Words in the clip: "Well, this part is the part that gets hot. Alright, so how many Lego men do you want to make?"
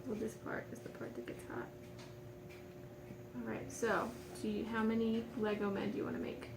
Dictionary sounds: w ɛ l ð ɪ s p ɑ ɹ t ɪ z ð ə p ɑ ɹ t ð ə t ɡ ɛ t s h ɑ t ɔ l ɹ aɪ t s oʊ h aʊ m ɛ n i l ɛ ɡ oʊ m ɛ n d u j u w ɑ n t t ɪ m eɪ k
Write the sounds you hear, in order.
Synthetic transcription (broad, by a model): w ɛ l ð ɪ s p ɑ ɹ t ɪ z ð ə p ɑ ɹ t ð ə t ɡ ɛ t s h ɑ t ɔ l ɹ aɪ t s oʊ h aʊ m ɛ n i l ɛ ɡ oʊ m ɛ n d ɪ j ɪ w ɑ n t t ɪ m eɪ k